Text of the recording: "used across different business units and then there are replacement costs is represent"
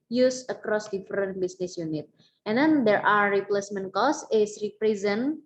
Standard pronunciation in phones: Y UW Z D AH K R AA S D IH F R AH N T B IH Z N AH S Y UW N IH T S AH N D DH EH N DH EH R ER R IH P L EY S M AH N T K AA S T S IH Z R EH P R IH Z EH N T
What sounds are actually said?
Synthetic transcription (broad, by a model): Y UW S AH K R AA S D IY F R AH N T B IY S N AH S Y UW N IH T AH N D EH N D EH R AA R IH P L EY S M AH N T K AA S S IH S R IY P R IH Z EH N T